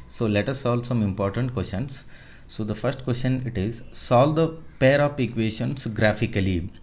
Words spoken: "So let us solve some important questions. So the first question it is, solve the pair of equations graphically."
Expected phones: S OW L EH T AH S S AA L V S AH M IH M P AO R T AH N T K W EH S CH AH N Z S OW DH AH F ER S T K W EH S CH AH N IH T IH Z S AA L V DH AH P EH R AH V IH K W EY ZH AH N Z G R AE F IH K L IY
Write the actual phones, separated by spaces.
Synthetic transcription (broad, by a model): S OW L EH T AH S S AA L S AH M IH M P AO R T AH N T K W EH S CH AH N S OW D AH F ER S T K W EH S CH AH N IH T IH Z S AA L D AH P EH R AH P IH K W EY SH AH N S G R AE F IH K L IY